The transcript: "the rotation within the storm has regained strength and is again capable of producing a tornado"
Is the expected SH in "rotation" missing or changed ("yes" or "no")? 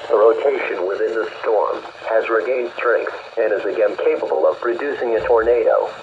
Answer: no